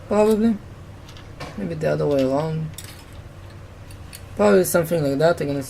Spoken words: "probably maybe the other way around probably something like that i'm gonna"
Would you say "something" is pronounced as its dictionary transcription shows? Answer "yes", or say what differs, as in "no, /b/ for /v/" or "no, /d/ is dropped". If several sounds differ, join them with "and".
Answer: no, /f/ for /θ/